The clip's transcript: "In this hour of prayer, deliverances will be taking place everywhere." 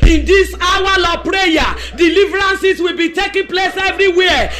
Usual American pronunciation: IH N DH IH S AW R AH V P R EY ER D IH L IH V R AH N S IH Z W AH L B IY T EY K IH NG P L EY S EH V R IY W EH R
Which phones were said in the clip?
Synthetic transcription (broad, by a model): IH N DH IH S AW L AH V P R EY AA D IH L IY V R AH N S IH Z W AH L B IY T EY K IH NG P L EY S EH V R IY W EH